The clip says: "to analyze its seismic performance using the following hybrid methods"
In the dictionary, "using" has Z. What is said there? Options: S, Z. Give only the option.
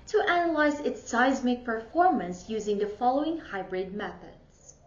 Z